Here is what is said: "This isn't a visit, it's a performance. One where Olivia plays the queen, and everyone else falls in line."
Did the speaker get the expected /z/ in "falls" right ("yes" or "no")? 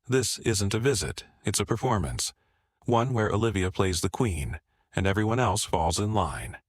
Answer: yes